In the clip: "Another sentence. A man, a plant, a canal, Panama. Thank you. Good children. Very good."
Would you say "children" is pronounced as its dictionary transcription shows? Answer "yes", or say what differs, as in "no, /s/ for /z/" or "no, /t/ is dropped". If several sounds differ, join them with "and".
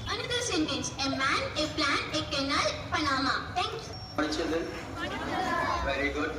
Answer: no, /ɹ/ is dropped